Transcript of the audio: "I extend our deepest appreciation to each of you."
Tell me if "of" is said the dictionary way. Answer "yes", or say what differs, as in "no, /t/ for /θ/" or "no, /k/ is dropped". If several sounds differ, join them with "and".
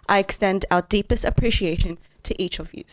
yes